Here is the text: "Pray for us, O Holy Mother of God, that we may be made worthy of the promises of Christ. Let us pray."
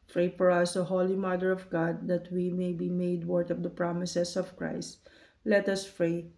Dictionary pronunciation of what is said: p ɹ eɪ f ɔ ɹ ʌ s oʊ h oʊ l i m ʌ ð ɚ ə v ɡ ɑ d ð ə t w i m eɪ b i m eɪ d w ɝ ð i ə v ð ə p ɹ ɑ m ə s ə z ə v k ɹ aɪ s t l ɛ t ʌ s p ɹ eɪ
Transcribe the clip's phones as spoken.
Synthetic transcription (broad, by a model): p ɹ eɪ f ɔ ɹ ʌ s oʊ h oʊ l i m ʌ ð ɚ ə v ɡ ɑ d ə t w i m eɪ b i m eɪ d w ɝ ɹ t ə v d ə p ɹ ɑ m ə s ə s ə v k ɹ aɪ s t l ɛ t ʌ s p ɹ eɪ